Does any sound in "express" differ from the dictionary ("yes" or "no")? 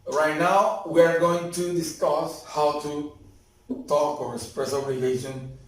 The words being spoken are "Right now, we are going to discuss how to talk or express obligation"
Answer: yes